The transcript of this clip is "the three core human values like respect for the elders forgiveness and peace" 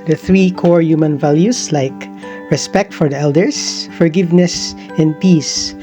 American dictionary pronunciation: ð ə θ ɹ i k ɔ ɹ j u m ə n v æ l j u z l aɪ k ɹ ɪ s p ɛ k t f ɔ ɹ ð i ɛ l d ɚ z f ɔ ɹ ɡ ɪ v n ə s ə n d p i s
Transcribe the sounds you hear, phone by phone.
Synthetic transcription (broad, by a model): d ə θ ɹ i k ɔ ɹ j u m ə n v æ l j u s l aɪ k ɹ ɪ s p ɛ k t f ɔ ɹ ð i ɛ l d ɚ s f ɔ ɹ ɡ ɪ v n ə s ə n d p i s